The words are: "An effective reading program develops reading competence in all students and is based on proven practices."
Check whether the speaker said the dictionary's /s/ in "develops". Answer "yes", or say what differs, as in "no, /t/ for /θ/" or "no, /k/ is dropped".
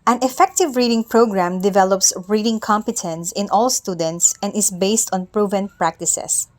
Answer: yes